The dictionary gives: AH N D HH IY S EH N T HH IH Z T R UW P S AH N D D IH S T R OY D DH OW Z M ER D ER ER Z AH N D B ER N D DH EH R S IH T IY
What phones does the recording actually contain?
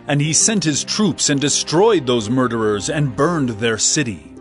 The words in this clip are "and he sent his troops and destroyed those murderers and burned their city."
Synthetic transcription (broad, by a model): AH N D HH IY S EH N T HH IH Z T R UW P S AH N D D IH S T R OY D DH OW Z M ER D ER ER Z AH N B ER N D DH EH R S IH T IY